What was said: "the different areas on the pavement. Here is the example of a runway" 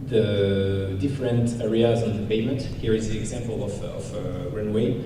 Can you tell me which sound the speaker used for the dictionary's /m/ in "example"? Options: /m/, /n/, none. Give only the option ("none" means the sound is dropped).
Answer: /m/